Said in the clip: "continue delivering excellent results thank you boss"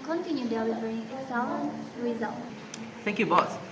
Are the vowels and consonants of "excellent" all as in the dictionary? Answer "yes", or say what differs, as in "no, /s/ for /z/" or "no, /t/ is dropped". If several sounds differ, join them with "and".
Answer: no, /k/ is dropped